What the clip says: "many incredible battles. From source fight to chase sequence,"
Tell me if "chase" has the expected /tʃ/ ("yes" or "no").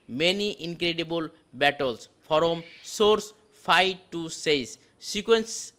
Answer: no